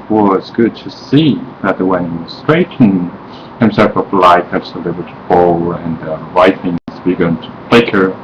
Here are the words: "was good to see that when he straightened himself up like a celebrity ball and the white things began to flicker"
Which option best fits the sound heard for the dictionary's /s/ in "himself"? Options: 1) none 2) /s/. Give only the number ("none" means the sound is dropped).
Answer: 2